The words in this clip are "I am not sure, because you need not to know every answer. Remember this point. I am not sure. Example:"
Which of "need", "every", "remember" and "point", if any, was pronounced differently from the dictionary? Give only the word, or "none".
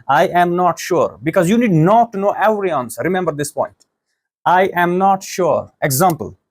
every